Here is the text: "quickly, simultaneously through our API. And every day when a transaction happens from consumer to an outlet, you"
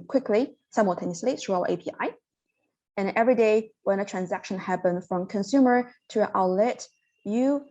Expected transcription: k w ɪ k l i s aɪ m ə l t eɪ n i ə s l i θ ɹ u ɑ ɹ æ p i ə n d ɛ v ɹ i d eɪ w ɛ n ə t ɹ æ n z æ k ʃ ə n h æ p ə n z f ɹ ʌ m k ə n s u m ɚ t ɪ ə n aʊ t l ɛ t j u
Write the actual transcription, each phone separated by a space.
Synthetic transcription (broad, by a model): k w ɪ k l i s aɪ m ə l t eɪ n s l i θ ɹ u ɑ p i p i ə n ɛ v ɹ i d eɪ w ɛ n ə t ɹ æ n z æ k ʃ ə n h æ p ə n f ɹ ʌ m k ə n s u m ɚ t ɪ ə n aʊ l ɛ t j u